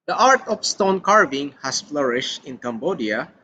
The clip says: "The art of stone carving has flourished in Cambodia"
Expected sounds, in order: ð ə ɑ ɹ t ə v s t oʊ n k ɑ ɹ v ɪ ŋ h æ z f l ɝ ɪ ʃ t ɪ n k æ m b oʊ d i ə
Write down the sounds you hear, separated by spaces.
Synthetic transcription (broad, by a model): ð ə ɑ ɹ t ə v s t oʊ n k ɑ ɹ v ɪ ŋ h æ s f l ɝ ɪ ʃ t ɪ n k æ m b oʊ d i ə